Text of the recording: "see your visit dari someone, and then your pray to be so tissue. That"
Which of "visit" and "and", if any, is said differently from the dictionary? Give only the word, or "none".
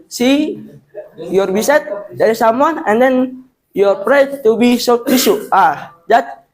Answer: visit